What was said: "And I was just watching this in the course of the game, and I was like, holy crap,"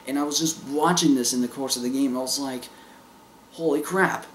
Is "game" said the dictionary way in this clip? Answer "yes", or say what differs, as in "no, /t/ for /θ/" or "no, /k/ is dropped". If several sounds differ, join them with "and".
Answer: no, /m/ is dropped